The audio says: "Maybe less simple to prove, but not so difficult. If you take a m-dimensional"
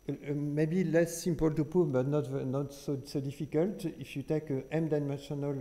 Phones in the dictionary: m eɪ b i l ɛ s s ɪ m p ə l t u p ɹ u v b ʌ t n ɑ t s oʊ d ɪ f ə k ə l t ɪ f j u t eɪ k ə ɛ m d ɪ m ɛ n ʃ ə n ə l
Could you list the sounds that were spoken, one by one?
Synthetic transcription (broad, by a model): m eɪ b i l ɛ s s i m p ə l t u p u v b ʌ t n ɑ t s oʊ d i f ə k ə l t ɪ f j u t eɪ k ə ɛ m d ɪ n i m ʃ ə n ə l